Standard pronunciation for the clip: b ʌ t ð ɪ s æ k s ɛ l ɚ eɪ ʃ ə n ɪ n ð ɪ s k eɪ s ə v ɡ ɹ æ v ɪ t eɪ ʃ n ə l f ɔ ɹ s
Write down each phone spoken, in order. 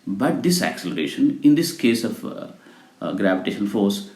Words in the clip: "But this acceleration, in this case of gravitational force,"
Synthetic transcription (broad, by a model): b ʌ t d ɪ s æ k s ɛ l ɚ eɪ ʃ ə n ɪ n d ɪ s k eɪ s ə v ɡ ɹ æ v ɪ t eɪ ʃ ə n f ɔ ɹ s